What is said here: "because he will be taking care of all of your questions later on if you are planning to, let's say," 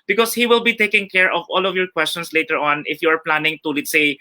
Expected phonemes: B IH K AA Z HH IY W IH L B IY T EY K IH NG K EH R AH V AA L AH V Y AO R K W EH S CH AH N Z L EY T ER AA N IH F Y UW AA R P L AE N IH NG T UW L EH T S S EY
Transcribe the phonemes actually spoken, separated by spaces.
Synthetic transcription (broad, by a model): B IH K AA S HH IY W IH L B IY T EY K IH NG K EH R AH V AA L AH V Y AO R K W EH S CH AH N S L EY T ER AA N IH F Y UW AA R P L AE N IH NG T UW L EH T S S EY